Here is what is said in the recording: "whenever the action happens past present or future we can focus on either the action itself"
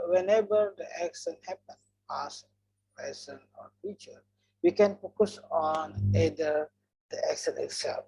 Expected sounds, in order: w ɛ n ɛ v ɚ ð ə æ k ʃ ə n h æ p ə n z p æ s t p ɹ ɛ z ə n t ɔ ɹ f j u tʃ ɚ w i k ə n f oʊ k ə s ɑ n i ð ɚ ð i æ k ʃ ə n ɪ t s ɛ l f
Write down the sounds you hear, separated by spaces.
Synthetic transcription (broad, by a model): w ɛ n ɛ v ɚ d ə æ k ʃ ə n h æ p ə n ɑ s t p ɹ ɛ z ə n ɔ ɹ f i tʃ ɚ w i k ə n f oʊ k ə s ɑ n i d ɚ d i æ k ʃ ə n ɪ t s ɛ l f